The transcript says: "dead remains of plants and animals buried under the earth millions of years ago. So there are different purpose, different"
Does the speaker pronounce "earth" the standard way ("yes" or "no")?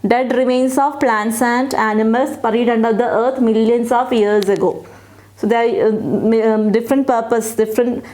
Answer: no